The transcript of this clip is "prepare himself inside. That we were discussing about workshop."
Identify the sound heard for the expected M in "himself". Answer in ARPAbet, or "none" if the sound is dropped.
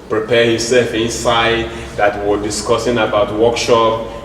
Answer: none